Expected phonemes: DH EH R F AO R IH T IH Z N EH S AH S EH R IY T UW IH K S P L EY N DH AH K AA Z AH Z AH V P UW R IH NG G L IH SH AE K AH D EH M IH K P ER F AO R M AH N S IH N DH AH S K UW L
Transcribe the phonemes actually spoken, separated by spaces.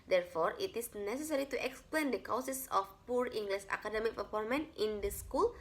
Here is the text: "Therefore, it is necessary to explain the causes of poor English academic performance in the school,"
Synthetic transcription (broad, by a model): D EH R F AO R IH T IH S N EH S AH S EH R IY T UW IH K S P L EY N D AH K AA S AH S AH F P UW R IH NG G L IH S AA K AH D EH M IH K P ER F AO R M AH N IH N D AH S K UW L